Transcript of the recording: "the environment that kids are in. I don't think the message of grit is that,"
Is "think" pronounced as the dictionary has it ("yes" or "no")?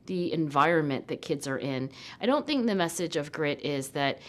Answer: yes